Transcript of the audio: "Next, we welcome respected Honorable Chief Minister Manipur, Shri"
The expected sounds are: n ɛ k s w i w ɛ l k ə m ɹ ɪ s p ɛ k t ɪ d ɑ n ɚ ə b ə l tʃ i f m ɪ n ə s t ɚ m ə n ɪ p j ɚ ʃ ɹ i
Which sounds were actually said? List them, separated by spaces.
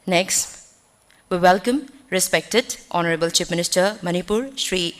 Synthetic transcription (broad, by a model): n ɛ k s w i w ɛ l k ə m ɹ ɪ s p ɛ k t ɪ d ɑ n ɚ ə b ə l tʃ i p m ɪ n ə s t ɚ m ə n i p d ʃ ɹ i